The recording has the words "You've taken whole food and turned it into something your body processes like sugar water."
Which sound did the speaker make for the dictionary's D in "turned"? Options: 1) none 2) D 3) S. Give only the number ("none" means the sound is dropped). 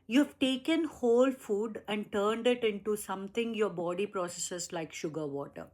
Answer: 2